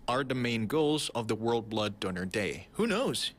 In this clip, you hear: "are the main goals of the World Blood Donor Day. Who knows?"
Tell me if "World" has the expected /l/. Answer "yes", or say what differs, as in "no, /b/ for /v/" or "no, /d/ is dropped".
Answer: yes